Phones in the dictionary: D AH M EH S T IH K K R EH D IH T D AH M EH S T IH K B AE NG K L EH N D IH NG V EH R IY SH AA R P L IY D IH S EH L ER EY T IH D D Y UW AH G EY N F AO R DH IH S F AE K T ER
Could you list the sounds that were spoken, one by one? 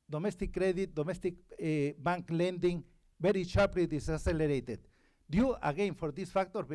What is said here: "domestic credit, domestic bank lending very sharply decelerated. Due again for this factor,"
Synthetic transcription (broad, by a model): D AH M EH S T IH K K R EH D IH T D AH M EH S T IH K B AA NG K L EH N D IH NG B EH R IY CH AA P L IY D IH S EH L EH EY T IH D D Y UW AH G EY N F AO R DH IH S F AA K T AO